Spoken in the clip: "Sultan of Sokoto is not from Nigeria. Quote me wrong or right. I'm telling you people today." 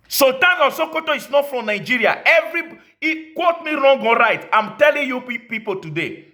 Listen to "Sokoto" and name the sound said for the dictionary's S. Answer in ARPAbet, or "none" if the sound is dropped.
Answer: S